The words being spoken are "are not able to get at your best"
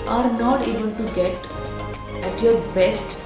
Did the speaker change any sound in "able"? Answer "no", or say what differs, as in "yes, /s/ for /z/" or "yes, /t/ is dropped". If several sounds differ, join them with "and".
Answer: yes, /n/ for /l/